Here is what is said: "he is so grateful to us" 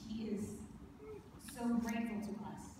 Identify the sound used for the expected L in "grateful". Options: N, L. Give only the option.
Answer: N